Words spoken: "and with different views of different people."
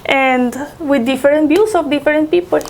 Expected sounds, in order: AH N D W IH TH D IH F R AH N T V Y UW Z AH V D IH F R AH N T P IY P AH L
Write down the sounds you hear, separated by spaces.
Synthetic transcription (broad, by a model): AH N D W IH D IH F R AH N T B Y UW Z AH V D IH F R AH N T P IY P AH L